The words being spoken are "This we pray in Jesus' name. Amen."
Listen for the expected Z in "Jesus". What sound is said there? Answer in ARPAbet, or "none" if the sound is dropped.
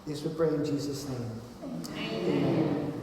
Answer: Z